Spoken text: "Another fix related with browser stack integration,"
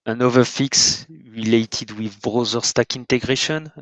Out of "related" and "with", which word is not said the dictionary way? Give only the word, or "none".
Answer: none